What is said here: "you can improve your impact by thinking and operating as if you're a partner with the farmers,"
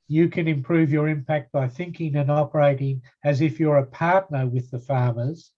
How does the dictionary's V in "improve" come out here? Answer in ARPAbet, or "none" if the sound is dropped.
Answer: V